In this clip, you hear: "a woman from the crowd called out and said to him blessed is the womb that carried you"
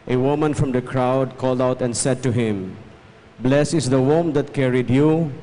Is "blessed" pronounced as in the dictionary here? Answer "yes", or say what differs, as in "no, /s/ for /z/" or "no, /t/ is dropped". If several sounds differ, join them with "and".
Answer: no, /t/ is dropped